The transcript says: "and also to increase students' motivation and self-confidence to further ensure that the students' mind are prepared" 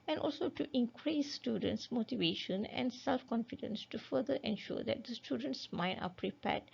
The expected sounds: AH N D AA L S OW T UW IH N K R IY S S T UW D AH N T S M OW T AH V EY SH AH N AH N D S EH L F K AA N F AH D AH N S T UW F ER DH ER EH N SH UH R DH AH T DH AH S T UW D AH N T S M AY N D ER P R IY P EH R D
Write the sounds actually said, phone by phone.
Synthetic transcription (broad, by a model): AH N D AA L S OW T UW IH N K R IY S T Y UW D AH N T S M OW T AH V EY SH AH N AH N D S EH L F K AA N F AH D AH N S T UW F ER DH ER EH N SH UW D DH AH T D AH S T UW D AH N T S M AY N AA P R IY P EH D